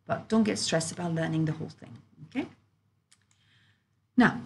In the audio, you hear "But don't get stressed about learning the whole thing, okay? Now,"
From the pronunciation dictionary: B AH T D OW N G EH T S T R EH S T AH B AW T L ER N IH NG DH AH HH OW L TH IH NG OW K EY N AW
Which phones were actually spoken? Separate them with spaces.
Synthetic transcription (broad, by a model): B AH T D OW N G EH T S T R EH S T AH B AW T L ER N IH NG DH AH HH OW L TH IH NG OW K EY N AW